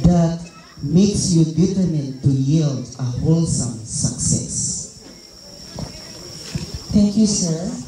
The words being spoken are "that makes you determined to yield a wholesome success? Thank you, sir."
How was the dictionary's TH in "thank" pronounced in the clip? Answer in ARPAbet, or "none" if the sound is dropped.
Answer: T